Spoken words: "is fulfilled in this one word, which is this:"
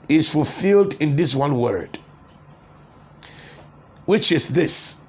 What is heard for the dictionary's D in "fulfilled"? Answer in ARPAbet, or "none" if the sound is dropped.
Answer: D